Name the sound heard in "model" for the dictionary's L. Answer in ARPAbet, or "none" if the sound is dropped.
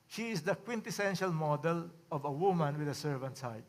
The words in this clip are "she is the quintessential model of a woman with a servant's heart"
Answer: L